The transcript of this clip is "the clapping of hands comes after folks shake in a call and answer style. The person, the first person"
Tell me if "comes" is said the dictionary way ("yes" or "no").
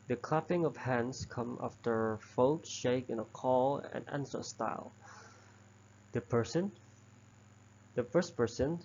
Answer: no